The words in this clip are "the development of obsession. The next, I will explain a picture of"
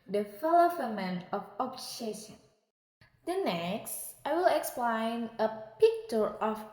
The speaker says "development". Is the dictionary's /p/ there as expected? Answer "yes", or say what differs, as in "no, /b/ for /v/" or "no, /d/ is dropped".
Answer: no, /p/ is dropped